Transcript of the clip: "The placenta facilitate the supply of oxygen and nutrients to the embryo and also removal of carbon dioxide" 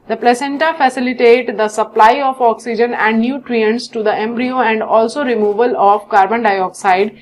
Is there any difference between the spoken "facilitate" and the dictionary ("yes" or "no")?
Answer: no